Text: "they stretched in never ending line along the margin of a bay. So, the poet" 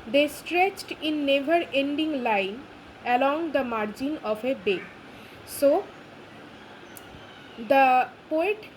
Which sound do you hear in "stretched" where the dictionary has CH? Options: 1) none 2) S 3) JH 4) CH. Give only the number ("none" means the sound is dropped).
4